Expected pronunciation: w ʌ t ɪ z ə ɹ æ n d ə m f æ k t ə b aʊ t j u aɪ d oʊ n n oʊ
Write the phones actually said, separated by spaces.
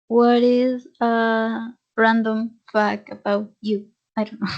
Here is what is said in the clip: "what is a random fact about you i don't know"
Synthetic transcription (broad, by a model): w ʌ t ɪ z ə ɹ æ n d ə m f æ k ə b aʊ t j u aɪ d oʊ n n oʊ